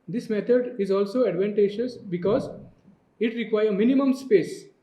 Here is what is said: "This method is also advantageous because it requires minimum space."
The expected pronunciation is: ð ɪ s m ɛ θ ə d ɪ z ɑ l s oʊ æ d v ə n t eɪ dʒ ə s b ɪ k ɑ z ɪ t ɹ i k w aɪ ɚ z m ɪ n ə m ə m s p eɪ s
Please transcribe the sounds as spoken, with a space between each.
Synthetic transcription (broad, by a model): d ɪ s m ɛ t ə d ɪ z ɑ l s oʊ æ d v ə n t eɪ ʃ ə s b ɪ k ɑ z ɪ t ɹ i k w aɪ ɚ m ɪ n ə m ə m s p eɪ s